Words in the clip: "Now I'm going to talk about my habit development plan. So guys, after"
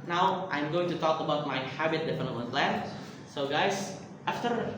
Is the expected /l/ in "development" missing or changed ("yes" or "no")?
yes